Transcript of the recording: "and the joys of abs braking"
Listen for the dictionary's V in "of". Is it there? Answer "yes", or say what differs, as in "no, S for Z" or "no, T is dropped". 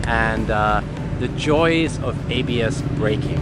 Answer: yes